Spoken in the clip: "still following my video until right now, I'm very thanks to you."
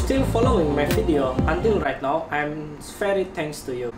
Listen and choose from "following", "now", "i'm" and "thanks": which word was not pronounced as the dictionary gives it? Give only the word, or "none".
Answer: thanks